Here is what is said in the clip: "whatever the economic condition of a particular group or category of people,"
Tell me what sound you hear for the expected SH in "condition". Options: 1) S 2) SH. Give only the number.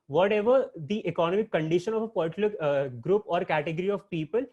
2